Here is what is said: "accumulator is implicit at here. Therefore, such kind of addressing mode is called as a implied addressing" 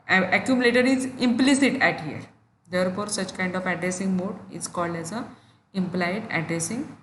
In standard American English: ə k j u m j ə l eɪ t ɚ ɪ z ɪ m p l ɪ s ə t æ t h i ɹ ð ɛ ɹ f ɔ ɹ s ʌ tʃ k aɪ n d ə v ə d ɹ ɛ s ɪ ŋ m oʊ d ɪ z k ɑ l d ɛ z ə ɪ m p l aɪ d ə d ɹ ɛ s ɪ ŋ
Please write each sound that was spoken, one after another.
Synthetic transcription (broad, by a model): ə k j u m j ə l eɪ t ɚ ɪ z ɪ m p l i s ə t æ t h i ɹ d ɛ ɹ f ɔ ɹ s ʌ tʃ k aɪ n d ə f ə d ɹ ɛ s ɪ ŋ m oʊ d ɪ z k ɑ l d ɛ z ə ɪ m p l aɪ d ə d ɹ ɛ s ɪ ŋ